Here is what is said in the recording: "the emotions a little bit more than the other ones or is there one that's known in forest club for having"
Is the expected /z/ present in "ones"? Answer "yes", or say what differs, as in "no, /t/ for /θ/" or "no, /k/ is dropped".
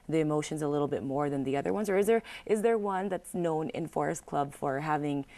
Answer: yes